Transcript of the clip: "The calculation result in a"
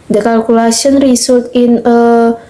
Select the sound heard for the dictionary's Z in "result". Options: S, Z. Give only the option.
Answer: S